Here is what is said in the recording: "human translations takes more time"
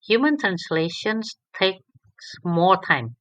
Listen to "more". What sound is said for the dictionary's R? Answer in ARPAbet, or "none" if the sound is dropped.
L